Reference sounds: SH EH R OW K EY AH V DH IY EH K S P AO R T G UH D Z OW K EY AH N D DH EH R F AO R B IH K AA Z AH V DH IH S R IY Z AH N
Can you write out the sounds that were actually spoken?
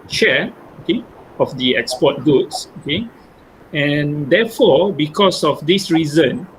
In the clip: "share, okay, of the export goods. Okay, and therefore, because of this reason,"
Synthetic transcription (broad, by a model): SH EH OW K EY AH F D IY EH K S P AO T G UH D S OW K EY AH N D EH F AO B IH K AA S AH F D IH S R IY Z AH N